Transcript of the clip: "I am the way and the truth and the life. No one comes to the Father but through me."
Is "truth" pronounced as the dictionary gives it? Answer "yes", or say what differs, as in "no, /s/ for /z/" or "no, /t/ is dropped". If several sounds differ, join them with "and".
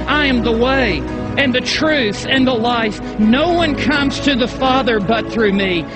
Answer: yes